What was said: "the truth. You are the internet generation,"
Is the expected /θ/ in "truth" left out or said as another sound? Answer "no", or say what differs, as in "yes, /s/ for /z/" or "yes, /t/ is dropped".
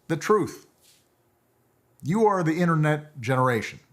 no